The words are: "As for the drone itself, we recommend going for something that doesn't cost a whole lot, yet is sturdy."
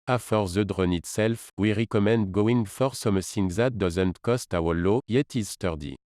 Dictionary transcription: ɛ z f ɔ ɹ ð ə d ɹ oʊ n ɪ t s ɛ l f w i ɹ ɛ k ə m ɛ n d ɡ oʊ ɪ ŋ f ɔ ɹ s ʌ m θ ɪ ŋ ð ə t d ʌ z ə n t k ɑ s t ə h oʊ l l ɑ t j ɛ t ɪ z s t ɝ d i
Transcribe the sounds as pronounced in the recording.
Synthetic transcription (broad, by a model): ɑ f ɔ ɹ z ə d ɹ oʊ n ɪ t s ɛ l f w i ɹ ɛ k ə m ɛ n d ɡ oʊ ɪ ŋ f ɔ ɹ s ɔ m s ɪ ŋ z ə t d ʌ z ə n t k ɑ s t ə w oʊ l l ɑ j ɛ t ɪ z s t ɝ d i